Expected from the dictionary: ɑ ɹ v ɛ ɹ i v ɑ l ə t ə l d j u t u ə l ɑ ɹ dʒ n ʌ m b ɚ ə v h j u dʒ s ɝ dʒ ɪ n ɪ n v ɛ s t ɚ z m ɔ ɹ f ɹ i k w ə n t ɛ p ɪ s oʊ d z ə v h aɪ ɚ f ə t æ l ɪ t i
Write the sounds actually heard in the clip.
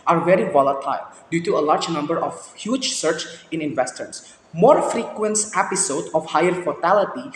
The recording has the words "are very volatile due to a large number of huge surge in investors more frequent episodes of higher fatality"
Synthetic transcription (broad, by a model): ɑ ɹ v ɛ ɹ i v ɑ l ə t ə l d j u t u ə l ɑ ɹ dʒ n ʌ m b ɚ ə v h j u dʒ s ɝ tʃ ɪ n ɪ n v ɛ s t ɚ s m ɔ ɹ f ɹ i k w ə n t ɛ p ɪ s oʊ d ə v h aɪ ɚ f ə t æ l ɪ t i